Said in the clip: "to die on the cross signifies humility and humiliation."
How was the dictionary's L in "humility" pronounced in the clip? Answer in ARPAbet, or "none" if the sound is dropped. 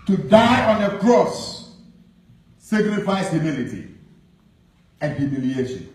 L